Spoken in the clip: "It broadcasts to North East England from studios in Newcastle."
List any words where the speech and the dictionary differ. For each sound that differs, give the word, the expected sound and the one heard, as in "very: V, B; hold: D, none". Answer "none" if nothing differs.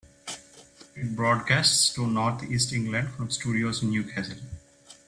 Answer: north: TH, T